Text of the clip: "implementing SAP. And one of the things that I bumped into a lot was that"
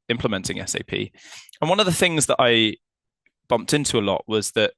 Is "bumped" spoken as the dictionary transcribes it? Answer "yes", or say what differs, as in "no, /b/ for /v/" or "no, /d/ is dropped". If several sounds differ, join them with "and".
yes